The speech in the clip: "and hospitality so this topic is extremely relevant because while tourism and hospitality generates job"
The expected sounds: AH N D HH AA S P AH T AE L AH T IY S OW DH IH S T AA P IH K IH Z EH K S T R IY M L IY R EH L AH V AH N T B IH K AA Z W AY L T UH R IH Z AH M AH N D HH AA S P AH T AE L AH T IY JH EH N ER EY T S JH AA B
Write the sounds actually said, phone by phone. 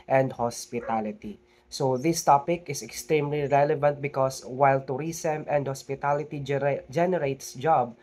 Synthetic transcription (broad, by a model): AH N D HH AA S P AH T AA L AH T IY S OW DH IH S T AA P IH K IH S EH K S T R IY M L IY R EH L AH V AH N T B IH K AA S W AY L T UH R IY S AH M AH N D HH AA S P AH T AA L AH T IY JH EH N ER EY T S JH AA B